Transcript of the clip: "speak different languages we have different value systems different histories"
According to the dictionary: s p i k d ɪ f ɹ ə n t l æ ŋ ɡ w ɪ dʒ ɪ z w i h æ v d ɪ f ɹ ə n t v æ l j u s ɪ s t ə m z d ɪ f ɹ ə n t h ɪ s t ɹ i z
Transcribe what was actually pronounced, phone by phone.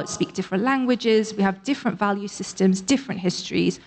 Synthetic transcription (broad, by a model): s p i k d ɪ f ɹ ə n t l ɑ ŋ ɡ w ɪ dʒ ɪ z w i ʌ v d ɪ f ɹ ə n t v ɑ l j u s ɪ s t ə m z d ɪ f ɹ ə n t h ɪ s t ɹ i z